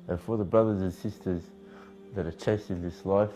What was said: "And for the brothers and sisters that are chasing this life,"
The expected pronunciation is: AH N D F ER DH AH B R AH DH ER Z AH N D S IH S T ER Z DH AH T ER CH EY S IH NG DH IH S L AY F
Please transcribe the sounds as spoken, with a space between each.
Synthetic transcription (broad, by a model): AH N F ER DH AH B R AH DH ER Z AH N S IH S T ER Z DH AH T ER CH EY S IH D DH IH S L AY F